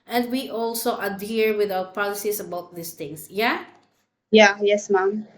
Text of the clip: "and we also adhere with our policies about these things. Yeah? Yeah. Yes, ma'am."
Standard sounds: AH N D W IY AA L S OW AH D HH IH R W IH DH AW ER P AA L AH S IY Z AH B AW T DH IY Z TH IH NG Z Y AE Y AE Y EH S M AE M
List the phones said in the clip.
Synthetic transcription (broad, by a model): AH N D W IY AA L S OW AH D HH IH R W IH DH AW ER P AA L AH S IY S AH B AW T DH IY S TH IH NG S Y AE Y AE Y EH S M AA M